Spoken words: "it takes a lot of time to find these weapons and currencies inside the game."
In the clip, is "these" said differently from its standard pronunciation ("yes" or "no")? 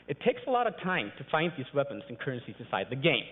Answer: no